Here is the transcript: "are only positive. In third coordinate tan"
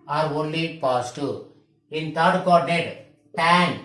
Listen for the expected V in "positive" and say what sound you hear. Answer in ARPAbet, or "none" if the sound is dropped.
none